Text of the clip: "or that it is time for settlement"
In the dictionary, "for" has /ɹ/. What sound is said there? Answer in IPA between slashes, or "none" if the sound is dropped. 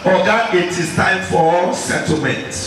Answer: /l/